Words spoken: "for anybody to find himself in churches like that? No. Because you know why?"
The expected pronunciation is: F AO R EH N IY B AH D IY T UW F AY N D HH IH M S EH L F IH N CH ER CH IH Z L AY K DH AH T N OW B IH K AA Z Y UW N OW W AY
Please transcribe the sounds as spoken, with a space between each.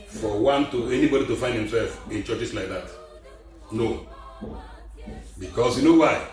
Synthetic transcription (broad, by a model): F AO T EH N IY B AH D IY T UW F AY N D HH IH M S EH L F IH N CH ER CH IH S L AY K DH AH T N OW B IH K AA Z Y UW N OW W AY